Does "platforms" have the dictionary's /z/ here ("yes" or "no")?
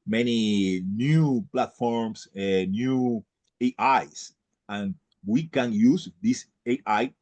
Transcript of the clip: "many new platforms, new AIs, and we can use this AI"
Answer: no